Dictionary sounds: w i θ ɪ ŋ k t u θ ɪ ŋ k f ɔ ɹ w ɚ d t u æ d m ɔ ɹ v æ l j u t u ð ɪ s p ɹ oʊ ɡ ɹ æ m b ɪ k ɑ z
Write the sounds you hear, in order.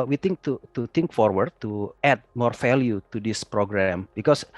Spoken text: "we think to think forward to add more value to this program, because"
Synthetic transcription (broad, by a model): w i t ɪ ŋ k t u t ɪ ŋ k f ɔ ɹ w ɚ d t u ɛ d m ɔ ɹ f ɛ l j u t u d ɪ s p ɹ oʊ ɡ ɹ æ m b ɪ k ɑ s